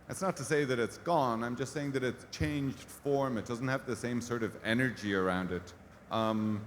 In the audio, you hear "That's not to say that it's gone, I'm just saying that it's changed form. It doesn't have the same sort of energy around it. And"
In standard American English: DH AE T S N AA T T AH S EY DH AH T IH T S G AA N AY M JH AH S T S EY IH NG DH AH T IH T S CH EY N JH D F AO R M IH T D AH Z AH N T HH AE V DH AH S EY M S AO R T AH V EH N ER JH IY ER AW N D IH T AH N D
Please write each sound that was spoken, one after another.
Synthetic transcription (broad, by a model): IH T S N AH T T AH S EY DH AH T IH T S G AA N AY M JH AH S T S EY IH NG DH AH T IH T S CH EY N JH D F AO R M IH T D AH Z N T HH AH V DH AH S EY M S AO R T AH V EH N ER JH IY ER AW N D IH T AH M